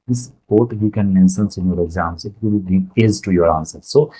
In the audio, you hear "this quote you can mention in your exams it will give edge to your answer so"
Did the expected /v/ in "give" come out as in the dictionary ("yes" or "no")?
no